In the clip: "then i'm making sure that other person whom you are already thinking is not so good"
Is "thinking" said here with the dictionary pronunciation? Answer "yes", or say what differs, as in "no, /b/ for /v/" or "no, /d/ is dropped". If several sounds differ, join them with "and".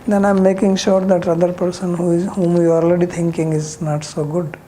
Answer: no, /t/ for /θ/